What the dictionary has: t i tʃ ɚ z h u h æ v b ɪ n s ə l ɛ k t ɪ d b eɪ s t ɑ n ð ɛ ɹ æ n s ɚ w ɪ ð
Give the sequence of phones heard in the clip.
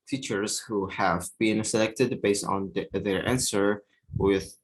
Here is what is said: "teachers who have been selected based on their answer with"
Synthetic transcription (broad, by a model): t i tʃ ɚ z h u h æ v b ɪ n s ə l ɛ k t ɪ d b eɪ s t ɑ n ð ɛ ɹ æ n s ɚ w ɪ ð